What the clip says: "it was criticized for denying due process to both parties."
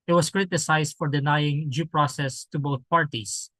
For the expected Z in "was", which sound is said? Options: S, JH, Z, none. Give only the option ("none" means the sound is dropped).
S